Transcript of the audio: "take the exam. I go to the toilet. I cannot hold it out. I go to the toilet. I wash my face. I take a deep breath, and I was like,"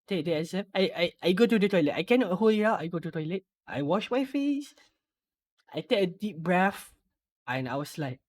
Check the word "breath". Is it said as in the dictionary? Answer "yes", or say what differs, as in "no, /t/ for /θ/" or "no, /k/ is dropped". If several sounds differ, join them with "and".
no, /f/ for /θ/